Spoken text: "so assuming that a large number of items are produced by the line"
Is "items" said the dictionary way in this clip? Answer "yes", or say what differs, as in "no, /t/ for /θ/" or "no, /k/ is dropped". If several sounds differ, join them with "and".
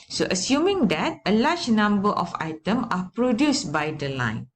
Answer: no, /z/ is dropped